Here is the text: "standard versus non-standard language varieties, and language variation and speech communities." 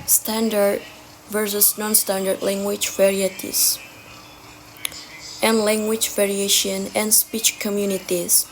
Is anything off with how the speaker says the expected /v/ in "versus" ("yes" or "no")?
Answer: no